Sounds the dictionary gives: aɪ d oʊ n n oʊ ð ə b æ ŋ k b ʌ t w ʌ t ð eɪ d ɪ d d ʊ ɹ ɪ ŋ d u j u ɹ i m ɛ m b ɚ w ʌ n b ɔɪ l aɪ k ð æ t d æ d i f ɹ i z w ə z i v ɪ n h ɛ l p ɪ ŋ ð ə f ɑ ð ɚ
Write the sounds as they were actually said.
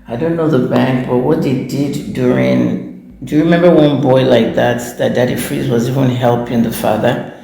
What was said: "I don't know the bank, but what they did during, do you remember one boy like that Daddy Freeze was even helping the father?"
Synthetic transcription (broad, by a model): aɪ d oʊ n n oʊ ð ə b æ ŋ k b ʌ t w ʌ t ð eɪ d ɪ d d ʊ ɹ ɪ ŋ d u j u ɹ i m ɛ m b ɚ w ʌ n b ɔɪ l aɪ k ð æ t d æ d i f ɹ i z w ə z i v ɪ n h ɛ l p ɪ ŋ ð ə f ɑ ð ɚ